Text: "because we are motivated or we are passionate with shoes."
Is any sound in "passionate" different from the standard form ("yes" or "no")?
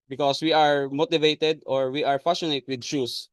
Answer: yes